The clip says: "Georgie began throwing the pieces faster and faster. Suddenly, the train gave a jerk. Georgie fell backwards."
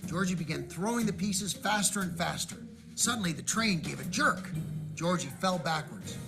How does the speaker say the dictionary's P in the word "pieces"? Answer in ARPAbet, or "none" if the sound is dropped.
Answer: P